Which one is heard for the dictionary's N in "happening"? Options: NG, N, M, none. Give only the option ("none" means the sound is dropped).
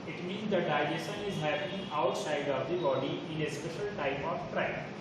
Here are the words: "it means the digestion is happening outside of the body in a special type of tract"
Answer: none